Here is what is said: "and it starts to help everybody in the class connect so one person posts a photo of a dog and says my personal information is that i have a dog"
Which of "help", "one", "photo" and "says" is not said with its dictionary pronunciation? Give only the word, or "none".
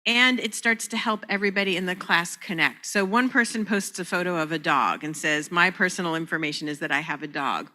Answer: none